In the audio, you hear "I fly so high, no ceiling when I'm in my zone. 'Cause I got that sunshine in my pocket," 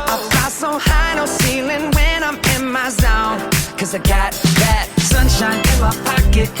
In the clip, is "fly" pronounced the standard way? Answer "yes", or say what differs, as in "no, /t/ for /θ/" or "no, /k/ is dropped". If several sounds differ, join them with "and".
no, /l/ is dropped